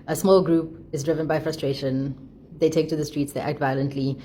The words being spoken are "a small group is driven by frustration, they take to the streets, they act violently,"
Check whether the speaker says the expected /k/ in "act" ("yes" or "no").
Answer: yes